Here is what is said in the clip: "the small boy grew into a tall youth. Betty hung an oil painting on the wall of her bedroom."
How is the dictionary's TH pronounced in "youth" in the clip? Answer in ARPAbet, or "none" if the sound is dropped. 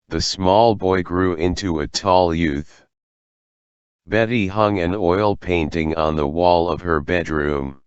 TH